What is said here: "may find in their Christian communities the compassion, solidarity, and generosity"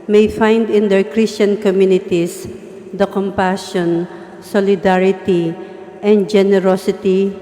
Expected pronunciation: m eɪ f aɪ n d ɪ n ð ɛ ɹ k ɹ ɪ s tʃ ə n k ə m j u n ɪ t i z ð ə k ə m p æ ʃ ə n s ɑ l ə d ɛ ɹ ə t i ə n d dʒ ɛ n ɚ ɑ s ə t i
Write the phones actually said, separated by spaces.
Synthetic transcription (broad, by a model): m eɪ f aɪ n d ɪ n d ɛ ɹ k ɹ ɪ s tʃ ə n k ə m j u n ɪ t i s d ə k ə m p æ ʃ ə n s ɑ l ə d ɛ ɹ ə t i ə n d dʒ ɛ n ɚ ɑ s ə t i